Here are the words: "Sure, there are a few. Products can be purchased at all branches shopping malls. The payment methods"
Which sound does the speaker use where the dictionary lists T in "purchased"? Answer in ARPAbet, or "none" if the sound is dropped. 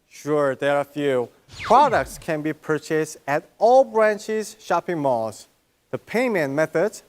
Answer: T